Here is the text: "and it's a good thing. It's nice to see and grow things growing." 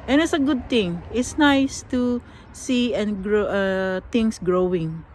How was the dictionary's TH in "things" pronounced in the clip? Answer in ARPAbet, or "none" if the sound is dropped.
T